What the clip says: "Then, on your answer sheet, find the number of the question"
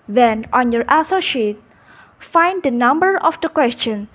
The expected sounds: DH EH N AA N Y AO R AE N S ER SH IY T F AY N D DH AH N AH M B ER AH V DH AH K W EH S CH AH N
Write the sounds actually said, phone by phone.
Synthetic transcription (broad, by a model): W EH N AA N Y AO R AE S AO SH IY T F AY N D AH N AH M B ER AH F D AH K W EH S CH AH N